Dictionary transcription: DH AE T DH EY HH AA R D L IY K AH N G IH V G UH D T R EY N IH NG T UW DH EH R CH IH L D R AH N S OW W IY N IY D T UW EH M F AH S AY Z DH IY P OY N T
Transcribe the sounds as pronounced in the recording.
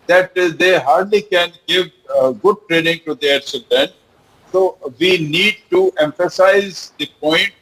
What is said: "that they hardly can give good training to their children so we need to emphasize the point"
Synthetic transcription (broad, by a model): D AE T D EY HH AA R D L IY K AH N G IH V G UH D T R EY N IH NG T UW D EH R S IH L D AH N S OW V IY N IY D T UW EH M F AH S AY Z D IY P OY N T